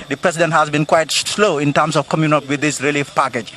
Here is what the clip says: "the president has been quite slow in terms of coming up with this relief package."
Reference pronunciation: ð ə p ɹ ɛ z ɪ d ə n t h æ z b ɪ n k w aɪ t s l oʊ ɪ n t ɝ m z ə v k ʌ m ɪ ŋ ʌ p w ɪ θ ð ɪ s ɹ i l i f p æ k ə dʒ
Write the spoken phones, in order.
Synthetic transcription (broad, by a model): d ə p ɹ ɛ s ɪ d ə n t h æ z b ɪ n k w aɪ t s l oʊ ɪ n t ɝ m s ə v k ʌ m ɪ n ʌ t w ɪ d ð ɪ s ɹ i l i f p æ k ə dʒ